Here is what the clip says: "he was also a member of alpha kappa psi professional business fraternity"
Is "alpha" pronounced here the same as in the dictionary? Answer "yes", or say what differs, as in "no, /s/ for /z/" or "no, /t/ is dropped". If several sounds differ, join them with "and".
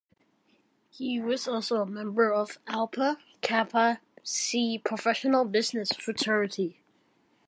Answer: no, /p/ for /f/